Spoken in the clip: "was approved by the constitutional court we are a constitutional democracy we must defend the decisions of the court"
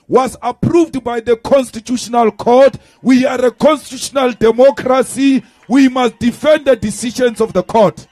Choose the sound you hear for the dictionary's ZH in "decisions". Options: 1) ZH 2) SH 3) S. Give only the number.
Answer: 2